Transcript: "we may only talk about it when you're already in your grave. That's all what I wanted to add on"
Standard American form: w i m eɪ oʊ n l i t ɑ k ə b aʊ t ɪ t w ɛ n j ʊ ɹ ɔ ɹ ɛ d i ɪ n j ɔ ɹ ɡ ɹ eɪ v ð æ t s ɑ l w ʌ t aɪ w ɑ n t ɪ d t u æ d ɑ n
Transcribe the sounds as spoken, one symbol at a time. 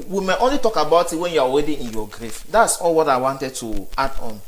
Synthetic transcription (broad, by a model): w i m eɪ oʊ n l i t ɑ k ə b aʊ t ɪ t w ɛ n j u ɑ w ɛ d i ɪ n j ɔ ɡ ɹ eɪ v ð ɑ t s ɑ l w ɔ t aɪ w ɑ n t ɪ d t u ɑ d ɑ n